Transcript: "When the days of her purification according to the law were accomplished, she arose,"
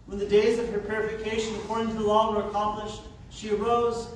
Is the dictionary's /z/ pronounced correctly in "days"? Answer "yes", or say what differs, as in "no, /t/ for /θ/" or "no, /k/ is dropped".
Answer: yes